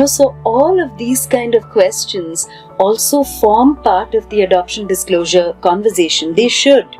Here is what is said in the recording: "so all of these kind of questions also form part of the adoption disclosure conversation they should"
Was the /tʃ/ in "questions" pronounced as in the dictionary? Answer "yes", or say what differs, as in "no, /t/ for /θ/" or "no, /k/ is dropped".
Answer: yes